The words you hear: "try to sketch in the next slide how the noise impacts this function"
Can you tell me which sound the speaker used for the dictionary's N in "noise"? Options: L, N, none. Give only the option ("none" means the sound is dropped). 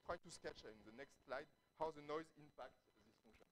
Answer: N